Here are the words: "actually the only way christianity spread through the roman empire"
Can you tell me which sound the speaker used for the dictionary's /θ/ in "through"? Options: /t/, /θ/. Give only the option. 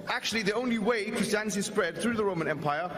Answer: /θ/